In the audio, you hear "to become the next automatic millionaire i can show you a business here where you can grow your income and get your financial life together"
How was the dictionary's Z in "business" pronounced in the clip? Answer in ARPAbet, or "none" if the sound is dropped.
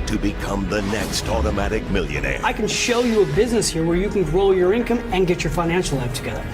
Z